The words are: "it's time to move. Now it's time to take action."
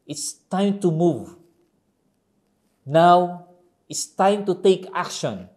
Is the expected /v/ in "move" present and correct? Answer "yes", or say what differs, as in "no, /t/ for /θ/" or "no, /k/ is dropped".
yes